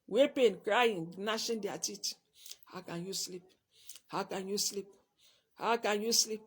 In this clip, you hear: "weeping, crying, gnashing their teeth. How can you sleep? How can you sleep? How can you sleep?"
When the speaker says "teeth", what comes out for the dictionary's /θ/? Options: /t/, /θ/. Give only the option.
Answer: /t/